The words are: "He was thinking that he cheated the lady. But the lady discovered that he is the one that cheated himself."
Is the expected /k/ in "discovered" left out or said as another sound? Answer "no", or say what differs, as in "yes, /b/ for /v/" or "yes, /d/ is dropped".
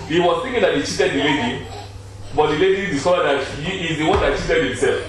yes, /k/ is dropped